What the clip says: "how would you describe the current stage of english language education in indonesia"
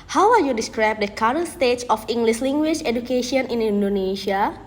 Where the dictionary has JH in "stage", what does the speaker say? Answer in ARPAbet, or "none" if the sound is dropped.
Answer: CH